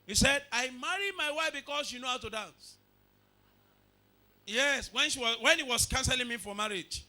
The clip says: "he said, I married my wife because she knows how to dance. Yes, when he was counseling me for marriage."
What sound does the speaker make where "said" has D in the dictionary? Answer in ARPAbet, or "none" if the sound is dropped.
D